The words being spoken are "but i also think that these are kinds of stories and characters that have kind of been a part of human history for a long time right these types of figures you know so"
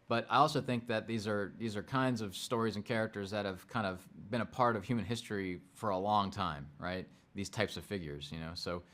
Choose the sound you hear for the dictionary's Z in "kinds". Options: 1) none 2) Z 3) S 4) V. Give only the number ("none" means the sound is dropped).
2